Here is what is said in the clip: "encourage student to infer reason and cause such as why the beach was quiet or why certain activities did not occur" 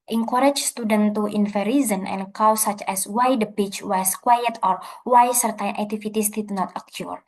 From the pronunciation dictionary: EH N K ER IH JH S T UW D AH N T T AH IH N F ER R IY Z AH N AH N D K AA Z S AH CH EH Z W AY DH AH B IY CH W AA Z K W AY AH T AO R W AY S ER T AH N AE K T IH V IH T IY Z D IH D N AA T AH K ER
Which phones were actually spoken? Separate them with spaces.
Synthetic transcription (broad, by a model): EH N K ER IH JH S T UW D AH N T T AH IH N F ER R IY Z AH N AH N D K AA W S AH CH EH S W AY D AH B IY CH W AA S K W AY AH T AO R W AY S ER T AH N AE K T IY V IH T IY S D IH D N AA T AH K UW